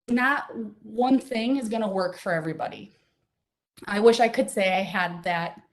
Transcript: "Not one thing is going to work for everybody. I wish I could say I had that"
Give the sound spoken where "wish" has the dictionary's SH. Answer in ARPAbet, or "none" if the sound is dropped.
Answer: SH